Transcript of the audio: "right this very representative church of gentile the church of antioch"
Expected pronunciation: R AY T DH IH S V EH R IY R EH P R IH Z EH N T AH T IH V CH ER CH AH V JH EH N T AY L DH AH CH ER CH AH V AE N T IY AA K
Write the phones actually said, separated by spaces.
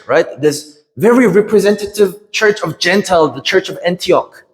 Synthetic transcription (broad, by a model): R AY T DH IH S V EH R IY R EH P R IH Z EH N T AH T IH V CH ER CH AH V JH EH N T AY L DH AH CH ER CH AH V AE N T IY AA K